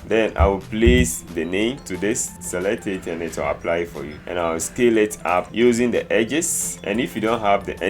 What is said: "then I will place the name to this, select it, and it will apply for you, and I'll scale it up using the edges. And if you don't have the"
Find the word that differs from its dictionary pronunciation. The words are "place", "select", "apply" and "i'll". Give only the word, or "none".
i'll